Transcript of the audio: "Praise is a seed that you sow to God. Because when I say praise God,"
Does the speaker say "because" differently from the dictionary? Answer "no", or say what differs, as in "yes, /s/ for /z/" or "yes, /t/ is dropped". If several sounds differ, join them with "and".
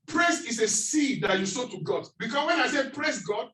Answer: yes, /s/ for /z/